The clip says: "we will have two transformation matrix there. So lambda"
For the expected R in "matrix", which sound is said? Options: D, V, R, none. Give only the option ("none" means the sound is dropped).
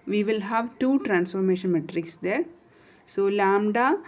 R